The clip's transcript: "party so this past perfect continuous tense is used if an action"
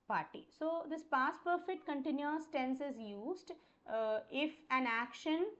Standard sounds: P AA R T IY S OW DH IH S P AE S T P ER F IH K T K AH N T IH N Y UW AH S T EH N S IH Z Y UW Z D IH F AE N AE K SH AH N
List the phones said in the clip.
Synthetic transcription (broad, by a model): P AA R T IY S OW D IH S P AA S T P ER F IH K T K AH N T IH N Y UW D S T EH N S IH Z Y UW Z D IH F AE N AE K SH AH N